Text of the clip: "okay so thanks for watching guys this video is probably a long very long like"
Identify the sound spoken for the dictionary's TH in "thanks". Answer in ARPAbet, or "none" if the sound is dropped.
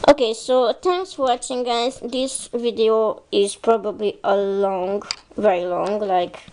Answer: T